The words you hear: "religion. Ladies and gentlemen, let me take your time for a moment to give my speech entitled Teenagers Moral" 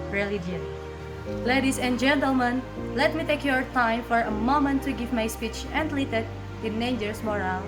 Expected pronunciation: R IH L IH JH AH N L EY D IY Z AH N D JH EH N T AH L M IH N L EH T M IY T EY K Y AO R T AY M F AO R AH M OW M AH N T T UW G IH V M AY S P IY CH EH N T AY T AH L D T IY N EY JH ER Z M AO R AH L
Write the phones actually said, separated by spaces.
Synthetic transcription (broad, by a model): R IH L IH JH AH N L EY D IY S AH N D JH EH N T AH L M IH N L EH T M IY T EY K Y AO R T AY M F AO R AH M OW M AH N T T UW G IH V M AY S P IY CH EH N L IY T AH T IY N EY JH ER S M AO R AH L